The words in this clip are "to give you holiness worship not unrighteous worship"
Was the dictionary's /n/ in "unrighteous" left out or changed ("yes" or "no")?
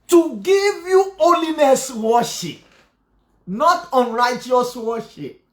no